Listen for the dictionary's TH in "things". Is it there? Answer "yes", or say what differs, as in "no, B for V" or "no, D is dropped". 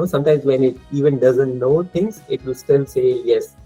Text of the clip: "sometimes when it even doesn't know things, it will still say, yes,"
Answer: no, T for TH